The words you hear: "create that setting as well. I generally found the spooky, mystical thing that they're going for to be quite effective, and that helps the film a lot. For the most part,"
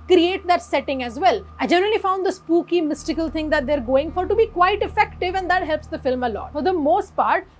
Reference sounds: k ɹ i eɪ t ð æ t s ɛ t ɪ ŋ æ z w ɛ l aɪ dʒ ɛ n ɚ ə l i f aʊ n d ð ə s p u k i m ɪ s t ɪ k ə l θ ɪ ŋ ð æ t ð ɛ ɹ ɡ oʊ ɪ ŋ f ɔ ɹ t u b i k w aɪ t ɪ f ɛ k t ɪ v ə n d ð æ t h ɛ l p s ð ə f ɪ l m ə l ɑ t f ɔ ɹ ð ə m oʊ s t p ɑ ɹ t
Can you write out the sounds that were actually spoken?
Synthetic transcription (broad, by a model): k ɹ i eɪ t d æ t s ɛ t ɪ ŋ æ z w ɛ l aɪ dʒ ɛ n ɚ ə l i f aʊ n d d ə s p u k i m ɪ s t ɪ k ə l t ɪ ŋ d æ t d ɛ ɹ ɡ oʊ ɪ ŋ f ɔ ɹ t u b i k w aɪ t ɪ f ɛ k t ɪ v ə n d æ t h ɛ l p s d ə f ɪ l m ə l ɑ t f ɔ ɹ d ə m oʊ s t p ɑ ɹ t